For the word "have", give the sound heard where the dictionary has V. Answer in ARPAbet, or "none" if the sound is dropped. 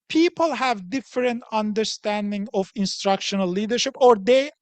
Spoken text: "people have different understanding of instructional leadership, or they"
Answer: V